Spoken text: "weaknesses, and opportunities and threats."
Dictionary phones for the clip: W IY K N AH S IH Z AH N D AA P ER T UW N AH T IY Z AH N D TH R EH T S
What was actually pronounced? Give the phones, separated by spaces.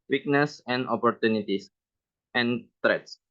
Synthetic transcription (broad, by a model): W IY K N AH S AH N D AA P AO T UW N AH T IY S AH N D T R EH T S